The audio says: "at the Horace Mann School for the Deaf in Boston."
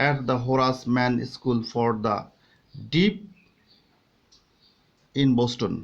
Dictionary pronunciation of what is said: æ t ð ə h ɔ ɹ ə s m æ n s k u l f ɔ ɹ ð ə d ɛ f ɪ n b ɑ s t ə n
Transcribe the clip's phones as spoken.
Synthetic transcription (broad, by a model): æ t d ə h ɔ ɹ ə s m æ n s k u l f ɔ ɹ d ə d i p ɪ n b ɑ s t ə n